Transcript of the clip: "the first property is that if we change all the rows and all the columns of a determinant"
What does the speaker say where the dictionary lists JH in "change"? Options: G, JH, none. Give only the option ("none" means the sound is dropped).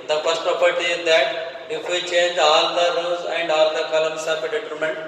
JH